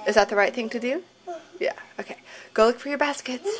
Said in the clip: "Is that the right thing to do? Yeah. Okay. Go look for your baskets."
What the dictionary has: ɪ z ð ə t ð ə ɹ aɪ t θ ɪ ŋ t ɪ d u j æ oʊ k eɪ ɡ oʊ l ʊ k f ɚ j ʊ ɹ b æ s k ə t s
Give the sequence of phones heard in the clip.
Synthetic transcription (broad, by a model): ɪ z ð ə t ð ə ɹ aɪ t θ ɪ ŋ t ɪ d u j æ oʊ k eɪ ɡ oʊ l ʊ k f ɚ j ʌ ɹ b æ s k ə t s